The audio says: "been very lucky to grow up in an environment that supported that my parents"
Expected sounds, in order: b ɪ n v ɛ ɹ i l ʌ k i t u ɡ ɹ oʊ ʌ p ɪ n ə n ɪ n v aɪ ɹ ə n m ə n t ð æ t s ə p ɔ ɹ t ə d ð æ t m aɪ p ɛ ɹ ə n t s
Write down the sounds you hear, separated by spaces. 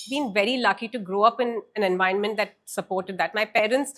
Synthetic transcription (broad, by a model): b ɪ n v ɛ ɹ i l ʌ k i t u ɡ ɹ oʊ ʌ p ɪ n ə n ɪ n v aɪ ə n m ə n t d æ t s ə p ɔ ɹ t ə d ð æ t m aɪ p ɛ ɹ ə n t s